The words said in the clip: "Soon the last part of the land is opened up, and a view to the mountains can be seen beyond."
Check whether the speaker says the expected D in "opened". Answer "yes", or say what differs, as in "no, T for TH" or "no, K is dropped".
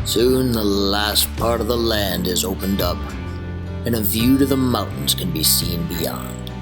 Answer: yes